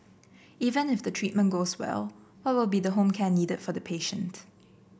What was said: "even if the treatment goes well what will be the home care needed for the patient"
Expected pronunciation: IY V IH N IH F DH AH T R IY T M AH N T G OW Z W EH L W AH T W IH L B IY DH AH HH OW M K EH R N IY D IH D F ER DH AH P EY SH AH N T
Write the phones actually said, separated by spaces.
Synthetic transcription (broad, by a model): IY V IH N IH F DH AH T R IY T M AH N G OW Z W EH L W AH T W IH L B IY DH AH HH OW M K EH N IY D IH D F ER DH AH P EY SH AH N T